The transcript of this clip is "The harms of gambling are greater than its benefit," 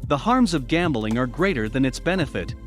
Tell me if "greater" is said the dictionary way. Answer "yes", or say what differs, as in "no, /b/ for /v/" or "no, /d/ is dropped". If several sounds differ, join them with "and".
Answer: yes